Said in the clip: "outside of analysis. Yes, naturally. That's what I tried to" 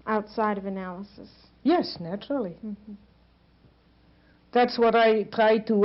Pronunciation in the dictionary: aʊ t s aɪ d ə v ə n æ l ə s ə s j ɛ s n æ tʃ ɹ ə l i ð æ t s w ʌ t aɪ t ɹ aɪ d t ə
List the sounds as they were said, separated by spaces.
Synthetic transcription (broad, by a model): aʊ t s aɪ d ə v ə n æ l ə s ə s j ɛ s n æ tʃ ɹ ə l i ð æ t s w ʌ t aɪ t ɹ aɪ d t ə